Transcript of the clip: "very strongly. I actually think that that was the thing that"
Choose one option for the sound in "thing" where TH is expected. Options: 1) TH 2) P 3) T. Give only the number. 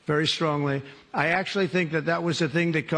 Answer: 1